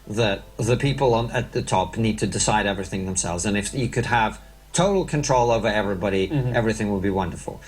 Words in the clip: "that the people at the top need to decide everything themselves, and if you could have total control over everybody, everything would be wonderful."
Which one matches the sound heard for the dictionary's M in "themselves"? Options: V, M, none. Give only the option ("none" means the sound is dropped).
M